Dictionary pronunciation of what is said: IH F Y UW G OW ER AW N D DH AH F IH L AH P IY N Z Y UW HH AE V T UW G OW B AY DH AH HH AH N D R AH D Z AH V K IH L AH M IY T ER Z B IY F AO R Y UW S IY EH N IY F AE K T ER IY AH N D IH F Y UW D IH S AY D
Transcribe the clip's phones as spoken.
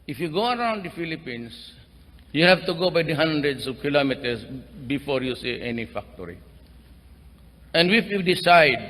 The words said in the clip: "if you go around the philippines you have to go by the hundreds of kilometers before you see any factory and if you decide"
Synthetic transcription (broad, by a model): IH F Y UW G OW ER AW N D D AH F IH L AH P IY N S Y UW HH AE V T UW G OW B AY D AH HH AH N D R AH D S AH V K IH L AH M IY T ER S B IY F AO R Y UW S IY EH N IY F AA K T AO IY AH N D IH F Y UW D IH S AY D